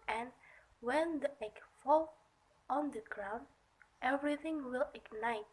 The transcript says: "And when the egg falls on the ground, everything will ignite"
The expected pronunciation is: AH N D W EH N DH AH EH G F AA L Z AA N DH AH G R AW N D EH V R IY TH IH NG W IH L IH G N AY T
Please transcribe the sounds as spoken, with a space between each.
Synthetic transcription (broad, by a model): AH N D W EH N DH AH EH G F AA L AA N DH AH G R AW N D EH V R IY TH IH NG W IH L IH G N AY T